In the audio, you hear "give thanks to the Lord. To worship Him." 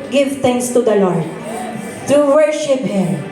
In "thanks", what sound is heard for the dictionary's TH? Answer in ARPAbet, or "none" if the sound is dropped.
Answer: T